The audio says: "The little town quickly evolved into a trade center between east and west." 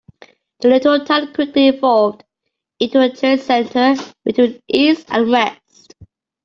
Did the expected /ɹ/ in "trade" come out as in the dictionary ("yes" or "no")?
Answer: no